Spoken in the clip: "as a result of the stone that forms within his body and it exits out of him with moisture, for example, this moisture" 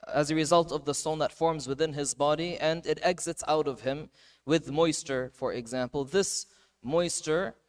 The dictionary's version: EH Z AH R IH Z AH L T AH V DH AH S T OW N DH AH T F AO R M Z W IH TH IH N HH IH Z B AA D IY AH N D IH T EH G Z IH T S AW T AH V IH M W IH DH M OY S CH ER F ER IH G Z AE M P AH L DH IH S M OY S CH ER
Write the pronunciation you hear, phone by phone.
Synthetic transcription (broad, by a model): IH Z AH R IH Z AH L T AH V DH AH S T OW N DH AH T F AO R M Z W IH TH IH N IH Z B AA D IY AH N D IH T EH G Z IH T S AW T AH V IH M W IH DH M OY S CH ER F ER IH G Z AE M P L DH IH S M OY S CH ER